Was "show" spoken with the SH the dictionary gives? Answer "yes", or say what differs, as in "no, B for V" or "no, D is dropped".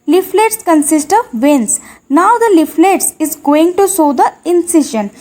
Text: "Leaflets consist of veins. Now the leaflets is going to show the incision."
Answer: no, S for SH